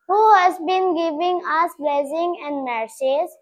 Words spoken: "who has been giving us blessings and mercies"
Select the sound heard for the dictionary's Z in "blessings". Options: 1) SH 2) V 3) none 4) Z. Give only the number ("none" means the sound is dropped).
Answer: 3